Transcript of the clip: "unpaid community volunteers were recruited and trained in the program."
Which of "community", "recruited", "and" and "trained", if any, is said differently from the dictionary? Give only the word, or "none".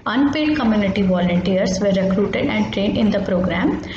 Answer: none